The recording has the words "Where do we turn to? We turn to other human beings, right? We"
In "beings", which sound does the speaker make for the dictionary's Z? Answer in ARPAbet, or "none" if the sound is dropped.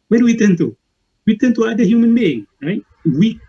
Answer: none